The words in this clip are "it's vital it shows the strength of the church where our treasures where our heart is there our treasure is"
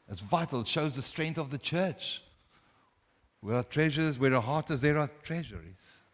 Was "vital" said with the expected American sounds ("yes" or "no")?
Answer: yes